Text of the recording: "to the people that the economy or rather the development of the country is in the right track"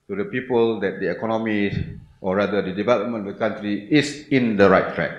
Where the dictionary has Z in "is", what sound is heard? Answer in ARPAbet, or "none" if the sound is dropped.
S